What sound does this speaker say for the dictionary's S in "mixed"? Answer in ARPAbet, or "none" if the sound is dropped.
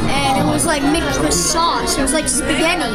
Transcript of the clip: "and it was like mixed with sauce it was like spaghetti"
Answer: none